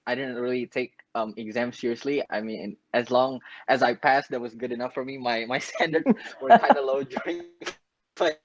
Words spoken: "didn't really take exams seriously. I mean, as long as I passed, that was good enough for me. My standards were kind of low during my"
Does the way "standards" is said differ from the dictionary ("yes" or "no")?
yes